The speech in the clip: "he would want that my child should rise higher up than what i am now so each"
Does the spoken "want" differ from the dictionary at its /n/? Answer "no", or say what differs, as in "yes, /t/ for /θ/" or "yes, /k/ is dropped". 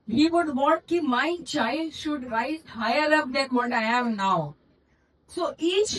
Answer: yes, /n/ is dropped